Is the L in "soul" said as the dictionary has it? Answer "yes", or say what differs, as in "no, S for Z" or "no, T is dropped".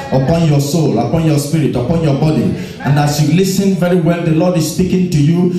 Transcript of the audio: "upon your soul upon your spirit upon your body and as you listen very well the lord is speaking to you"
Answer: yes